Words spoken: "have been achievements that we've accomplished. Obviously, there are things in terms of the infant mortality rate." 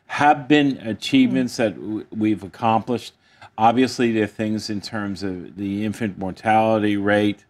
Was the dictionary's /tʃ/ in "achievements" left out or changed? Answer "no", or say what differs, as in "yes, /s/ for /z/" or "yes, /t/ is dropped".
no